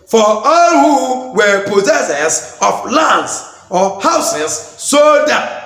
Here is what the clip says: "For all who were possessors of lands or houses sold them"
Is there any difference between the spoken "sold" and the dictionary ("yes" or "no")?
yes